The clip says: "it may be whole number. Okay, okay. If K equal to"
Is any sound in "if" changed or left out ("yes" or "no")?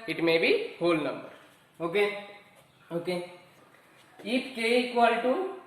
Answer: yes